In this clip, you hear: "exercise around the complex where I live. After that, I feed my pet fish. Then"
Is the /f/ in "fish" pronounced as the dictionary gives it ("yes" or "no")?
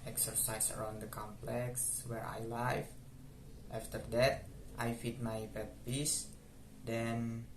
no